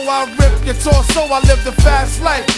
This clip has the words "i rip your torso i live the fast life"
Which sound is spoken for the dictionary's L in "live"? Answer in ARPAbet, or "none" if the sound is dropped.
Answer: L